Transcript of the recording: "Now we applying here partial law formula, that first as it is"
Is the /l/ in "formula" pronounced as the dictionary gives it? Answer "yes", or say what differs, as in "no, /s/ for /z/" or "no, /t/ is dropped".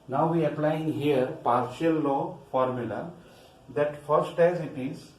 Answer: yes